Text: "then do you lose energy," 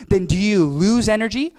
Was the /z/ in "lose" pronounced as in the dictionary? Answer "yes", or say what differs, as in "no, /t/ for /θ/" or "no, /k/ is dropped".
yes